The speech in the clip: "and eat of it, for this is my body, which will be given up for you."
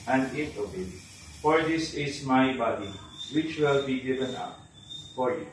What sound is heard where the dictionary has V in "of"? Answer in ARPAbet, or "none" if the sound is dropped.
B